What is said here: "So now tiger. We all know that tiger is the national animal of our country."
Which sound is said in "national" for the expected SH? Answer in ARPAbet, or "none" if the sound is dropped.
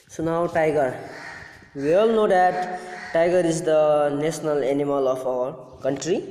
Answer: S